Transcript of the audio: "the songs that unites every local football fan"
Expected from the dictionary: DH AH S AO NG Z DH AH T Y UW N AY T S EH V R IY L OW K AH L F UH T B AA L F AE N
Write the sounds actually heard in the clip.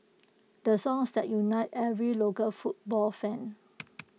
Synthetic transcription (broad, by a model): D AH S AO NG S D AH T Y UW N AY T EH V R IY L OW K AH L F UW T B AA L F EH N